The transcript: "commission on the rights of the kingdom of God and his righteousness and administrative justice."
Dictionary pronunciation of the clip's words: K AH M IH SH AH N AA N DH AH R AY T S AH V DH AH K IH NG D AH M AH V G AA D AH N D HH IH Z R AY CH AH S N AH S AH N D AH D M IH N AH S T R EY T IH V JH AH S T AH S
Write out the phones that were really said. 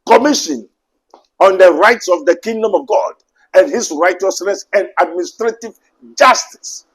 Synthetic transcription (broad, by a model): K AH M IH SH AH N AA N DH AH R AY T S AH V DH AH K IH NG D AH M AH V G AA D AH N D HH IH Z R AY CH AH S N AH S AH N D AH D M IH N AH S T R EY T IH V JH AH S T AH S